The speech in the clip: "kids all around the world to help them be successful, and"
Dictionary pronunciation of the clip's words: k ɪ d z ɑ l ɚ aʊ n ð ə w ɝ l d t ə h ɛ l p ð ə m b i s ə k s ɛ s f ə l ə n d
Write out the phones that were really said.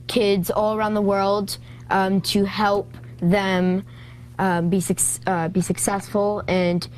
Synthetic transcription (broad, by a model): k ɪ d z ɑ l ɚ aʊ n ð ə w ɝ l d t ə h ɛ l p ð ə m b i s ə k s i s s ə l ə n